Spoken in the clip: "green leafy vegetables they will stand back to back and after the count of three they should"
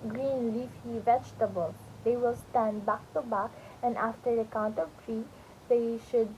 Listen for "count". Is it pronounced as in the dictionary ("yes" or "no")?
yes